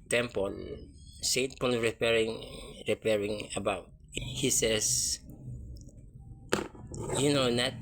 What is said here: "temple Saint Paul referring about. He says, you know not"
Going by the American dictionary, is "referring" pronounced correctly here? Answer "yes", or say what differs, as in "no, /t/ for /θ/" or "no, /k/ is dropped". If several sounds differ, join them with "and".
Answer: no, /p/ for /f/